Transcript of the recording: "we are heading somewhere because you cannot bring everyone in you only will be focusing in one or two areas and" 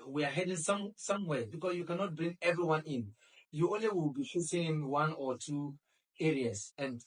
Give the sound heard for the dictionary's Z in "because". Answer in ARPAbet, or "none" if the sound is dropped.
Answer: S